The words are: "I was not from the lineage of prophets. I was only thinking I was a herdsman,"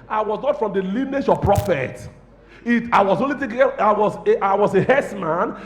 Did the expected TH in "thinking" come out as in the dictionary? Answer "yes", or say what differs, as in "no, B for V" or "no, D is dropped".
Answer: no, T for TH